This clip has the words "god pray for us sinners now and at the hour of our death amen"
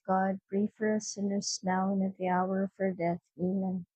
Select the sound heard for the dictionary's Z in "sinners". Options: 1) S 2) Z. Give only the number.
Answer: 1